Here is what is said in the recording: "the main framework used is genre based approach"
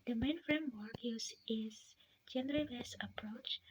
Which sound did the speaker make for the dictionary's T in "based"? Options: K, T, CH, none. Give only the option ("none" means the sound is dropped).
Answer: none